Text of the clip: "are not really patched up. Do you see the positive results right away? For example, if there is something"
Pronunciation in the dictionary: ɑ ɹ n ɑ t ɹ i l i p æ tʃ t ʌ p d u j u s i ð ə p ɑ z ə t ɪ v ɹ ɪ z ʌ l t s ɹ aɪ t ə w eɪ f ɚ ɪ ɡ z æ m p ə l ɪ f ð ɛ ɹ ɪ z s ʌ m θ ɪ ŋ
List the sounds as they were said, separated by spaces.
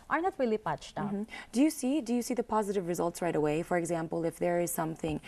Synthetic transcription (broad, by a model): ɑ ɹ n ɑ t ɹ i l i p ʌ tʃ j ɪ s d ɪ j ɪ s i ð ə p ɑ z ə t ɪ v ɹ ɪ z ʌ l t s ɹ aɪ t ə w eɪ f ɚ ɪ ɡ z æ m p ə l ɪ f ð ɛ ɹ ɪ z s ʌ m θ ɪ ŋ